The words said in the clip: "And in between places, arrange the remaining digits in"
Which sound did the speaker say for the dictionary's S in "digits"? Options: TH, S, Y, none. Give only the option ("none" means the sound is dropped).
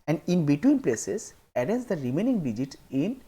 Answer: none